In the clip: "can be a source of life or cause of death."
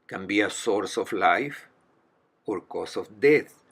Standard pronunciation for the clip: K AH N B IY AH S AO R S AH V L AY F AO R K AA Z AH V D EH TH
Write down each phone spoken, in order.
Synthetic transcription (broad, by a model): K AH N B IY AH S AO R S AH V L AY F AO R K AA S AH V D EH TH